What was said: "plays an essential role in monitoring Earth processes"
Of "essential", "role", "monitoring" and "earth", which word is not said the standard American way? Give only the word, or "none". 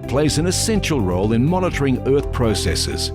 none